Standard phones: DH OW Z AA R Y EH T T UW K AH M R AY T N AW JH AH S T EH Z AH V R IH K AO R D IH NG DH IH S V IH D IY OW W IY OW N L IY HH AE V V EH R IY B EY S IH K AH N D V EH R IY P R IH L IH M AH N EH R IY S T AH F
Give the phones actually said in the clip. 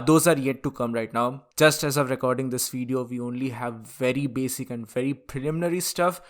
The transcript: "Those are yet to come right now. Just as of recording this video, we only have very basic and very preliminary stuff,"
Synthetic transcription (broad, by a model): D OW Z AA R Y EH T T UW K AH M R AY T N AW JH AH S T EH Z AH V R IH K AO R D IH NG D IH S V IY D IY OW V IY OW N L IY HH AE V V EH R IY B EY S IH K AH N D V EH R IY P R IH L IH M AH N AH R IY S T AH F